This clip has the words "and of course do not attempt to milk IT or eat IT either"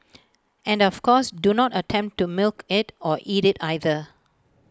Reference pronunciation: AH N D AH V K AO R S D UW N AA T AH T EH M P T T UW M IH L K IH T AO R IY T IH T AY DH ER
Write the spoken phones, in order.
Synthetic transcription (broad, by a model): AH N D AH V K AO S D UW N AA T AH T EH M P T T UW M IH L K IH T AO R IY T IH T AY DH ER